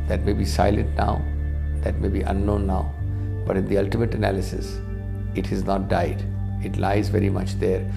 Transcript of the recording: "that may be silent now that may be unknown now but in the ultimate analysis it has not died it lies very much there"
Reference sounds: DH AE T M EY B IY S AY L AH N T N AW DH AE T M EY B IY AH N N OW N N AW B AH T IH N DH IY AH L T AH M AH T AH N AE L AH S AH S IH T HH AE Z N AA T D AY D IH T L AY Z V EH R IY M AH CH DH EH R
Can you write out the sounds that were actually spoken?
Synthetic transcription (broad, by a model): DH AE T M EY B IY S AY L AH N T N AW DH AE T M EY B IY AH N N OW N N AW B AH T IH N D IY AH L T AH M AH T AH N AE L AH S AH S IH T HH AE Z N AA T D AY D IH T L AY Z V EH R IY M AH CH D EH R